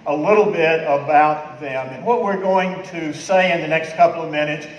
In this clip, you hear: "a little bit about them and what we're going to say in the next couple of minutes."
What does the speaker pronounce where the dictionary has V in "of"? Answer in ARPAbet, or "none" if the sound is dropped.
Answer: V